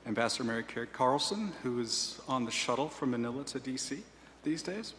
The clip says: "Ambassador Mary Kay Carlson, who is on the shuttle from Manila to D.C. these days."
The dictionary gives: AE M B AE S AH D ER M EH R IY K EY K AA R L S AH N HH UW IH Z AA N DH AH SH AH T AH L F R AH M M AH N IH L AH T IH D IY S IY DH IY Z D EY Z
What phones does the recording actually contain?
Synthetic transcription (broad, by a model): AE M B AE S AH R M EH R IY K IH K AA R L S AH N HH UW IH Z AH N DH AH SH AH T L F R AH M M AH N IH L AH T IH D IY S IY DH IY Z D EY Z